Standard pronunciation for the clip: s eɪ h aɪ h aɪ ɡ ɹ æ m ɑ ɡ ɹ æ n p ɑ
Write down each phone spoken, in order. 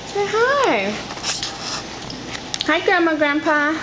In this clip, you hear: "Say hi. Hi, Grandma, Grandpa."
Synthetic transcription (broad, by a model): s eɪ h aɪ h aɪ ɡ æ m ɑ ɡ ɹ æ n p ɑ